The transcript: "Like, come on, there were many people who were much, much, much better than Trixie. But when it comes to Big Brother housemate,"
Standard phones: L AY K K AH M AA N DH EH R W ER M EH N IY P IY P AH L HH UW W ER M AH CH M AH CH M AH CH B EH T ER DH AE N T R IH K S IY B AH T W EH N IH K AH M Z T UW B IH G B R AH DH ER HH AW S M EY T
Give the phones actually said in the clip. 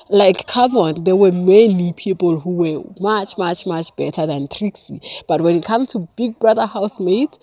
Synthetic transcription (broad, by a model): L AY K K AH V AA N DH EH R W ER M EH N IY P IY P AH L HH UW W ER M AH CH M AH CH M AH CH B EH T ER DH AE N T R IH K S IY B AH T W EH N IH K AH M T UW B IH G B R AH DH ER HH AW S M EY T